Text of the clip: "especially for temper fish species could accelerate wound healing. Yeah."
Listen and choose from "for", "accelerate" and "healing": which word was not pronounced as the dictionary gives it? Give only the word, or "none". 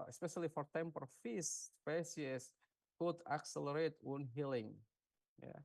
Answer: none